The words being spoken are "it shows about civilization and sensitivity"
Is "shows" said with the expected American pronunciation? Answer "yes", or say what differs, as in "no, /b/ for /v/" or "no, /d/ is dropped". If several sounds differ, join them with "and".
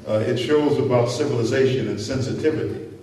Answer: yes